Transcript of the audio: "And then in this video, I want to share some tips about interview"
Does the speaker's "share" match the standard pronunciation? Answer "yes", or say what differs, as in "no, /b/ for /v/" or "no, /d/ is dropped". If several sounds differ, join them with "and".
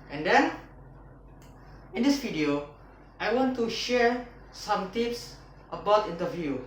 yes